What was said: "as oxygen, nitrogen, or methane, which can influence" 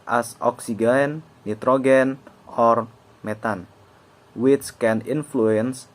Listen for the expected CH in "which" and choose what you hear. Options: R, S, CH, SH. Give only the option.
S